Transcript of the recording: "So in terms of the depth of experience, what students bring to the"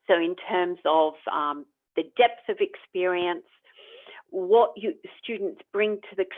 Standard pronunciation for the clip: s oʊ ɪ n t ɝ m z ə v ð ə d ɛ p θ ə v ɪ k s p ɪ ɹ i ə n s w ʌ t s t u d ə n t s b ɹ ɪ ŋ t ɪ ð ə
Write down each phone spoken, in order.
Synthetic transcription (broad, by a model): s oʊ ɪ n t ɝ m z ə v ð ə d ɛ p θ ə v ɪ k s p ɪ ɹ i ə n s w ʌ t s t u d n t s b ɹ ɪ ŋ t ɪ ð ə